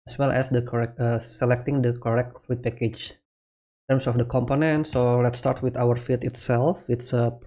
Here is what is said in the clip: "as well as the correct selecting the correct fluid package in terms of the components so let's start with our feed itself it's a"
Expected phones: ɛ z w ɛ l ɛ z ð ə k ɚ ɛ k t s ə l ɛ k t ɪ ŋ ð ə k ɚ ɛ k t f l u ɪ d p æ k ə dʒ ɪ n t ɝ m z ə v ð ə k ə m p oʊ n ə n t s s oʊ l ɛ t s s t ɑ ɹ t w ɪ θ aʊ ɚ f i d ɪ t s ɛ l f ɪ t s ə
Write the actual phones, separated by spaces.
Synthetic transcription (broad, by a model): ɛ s w ɛ l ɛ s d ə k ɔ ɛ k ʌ s ə l ɛ k t ɪ ŋ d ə k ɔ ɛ k t f u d p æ k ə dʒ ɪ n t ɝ m s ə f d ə k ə m p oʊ n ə n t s s oʊ l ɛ t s s t ɑ ɹ t w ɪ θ aʊ ɚ f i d ɪ t s ɛ l f ɪ t s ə